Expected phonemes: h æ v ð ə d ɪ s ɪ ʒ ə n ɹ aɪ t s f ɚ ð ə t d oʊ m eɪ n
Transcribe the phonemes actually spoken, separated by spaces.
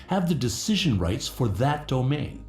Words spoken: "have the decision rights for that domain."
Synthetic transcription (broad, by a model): h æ v ð ə d ɪ s ɪ ʒ ə n ɹ aɪ t s f ɚ ð ə t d oʊ m eɪ n